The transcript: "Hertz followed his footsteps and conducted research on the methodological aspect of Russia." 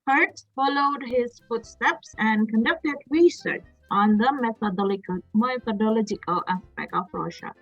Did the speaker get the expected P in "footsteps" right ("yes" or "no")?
yes